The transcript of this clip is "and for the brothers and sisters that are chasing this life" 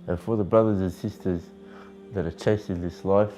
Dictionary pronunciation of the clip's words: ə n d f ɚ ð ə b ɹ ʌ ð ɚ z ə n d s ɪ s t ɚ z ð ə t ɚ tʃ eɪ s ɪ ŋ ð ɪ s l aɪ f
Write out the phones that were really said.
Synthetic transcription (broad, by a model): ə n f ɚ ð ə b ɹ ʌ ð ɚ z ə n s ɪ s t ɚ z ð ə t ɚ tʃ eɪ s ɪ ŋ ð ɪ s l aɪ f